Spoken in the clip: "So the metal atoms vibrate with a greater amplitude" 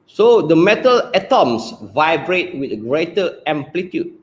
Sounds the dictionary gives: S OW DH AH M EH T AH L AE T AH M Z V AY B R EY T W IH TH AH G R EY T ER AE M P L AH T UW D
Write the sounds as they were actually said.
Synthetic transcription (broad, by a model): S OW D AH M EH T AH L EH T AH M S V AY B R EY T W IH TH G R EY T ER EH M P L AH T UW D